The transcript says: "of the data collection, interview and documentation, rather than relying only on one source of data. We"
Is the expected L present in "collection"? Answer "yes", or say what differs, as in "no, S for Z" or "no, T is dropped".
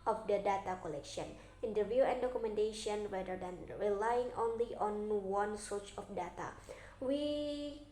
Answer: yes